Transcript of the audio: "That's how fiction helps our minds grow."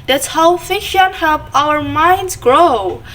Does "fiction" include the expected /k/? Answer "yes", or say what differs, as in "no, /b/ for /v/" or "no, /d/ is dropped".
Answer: no, /k/ is dropped